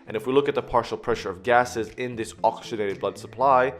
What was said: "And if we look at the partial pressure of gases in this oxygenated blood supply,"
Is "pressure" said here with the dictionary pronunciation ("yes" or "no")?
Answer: yes